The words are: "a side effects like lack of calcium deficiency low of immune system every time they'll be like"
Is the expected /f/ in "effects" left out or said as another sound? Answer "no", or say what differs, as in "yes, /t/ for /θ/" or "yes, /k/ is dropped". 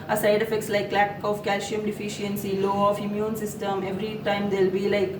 no